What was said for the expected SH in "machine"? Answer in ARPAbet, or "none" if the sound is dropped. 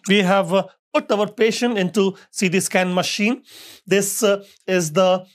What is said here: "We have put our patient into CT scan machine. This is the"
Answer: SH